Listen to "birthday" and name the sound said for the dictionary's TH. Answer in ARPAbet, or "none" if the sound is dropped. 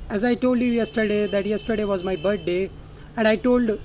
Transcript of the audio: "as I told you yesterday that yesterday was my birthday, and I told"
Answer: T